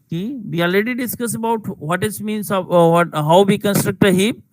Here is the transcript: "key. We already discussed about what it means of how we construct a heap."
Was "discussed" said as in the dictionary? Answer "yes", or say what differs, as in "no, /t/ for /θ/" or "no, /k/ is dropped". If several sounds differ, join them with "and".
no, /t/ is dropped